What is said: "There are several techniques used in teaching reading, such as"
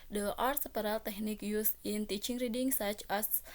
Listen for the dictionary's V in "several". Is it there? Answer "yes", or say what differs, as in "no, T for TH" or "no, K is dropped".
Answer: no, P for V